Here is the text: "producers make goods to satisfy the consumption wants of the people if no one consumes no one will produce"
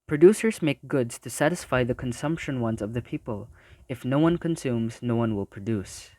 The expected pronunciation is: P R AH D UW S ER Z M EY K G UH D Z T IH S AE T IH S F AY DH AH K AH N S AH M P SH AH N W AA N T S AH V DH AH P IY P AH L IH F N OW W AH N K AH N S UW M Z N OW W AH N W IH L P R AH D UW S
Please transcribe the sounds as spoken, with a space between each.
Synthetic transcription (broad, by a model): P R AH D UW S ER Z M EY K G UH D Z T IH S AE T IH S F AY DH AH K AH N S AH M P SH AH N W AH N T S AH V DH AH P IY P AH L IH F N OW W AH N K AH N S UW M Z N OW W AH N W IH L P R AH D UW S